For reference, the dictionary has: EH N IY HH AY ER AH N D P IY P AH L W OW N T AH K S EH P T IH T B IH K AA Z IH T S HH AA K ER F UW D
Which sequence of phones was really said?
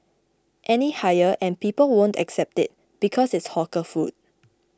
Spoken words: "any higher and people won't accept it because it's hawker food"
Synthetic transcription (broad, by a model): EH N IY HH AY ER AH N P IY P AH L W OW N T AH K S EH P T IH T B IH K AA S IH T S HH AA K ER F UW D